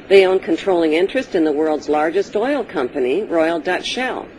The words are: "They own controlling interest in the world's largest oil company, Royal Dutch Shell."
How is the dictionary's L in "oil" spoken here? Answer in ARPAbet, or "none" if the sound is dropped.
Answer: L